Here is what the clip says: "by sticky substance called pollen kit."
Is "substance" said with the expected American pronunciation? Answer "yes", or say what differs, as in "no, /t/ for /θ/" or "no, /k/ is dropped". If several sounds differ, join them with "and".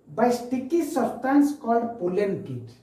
no, /b/ is dropped